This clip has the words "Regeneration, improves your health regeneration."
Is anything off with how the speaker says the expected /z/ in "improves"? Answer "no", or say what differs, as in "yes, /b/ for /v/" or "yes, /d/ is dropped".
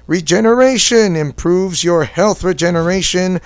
no